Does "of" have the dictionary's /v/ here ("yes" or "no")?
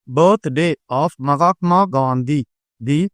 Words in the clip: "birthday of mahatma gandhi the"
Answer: no